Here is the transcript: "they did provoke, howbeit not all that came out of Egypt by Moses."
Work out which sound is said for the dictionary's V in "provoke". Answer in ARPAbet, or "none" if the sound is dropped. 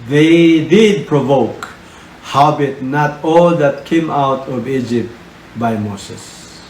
V